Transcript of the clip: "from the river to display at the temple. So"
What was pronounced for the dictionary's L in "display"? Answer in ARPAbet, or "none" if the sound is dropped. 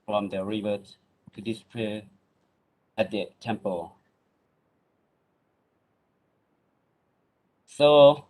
none